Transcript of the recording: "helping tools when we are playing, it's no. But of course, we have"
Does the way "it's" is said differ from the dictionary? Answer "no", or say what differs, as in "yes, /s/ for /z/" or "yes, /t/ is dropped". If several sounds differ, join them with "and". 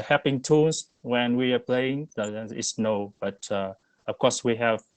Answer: yes, /s/ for /t/